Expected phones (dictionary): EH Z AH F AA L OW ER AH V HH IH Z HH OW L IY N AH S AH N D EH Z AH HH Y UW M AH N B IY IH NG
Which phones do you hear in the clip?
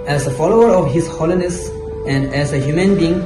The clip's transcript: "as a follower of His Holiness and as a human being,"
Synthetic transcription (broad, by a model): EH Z AH F AA L OW ER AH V HH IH S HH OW L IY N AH S AH N D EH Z AH HH Y UW M AH N B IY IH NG